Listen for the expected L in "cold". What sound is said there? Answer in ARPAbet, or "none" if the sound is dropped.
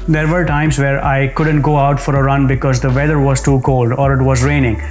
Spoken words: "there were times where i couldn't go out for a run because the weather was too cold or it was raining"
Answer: L